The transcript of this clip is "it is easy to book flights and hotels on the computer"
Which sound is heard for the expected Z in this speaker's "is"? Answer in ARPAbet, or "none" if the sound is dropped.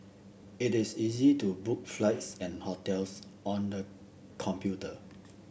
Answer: S